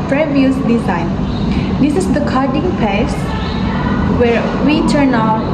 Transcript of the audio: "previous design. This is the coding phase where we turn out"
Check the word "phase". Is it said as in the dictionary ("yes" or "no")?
no